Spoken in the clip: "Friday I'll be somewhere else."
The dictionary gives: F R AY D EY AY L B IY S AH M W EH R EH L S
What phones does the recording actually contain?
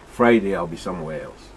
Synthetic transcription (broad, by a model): F R AY D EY AY L B IY S AH M W EH R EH L S